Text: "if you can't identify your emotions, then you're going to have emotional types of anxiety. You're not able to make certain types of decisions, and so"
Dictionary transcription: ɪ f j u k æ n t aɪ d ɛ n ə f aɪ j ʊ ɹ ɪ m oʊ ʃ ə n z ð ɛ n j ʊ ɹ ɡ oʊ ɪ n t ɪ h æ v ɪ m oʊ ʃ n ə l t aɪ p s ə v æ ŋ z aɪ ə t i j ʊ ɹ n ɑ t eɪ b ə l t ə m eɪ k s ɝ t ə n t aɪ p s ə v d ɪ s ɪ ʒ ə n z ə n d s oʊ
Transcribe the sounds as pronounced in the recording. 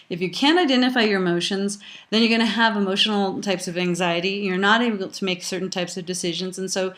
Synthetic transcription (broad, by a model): ɪ f j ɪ k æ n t aɪ d ɛ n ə f aɪ j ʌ ɹ ɪ m oʊ ʃ ə n z ð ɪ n j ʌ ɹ ɡ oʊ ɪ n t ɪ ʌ v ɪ m oʊ ʃ n l t aɪ p s ə v æ ŋ z aɪ ə t i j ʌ ɹ n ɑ t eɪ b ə l t ə m eɪ k s ɝ t n t aɪ p s ə v d ɪ s ɪ ʒ ə n z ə n s oʊ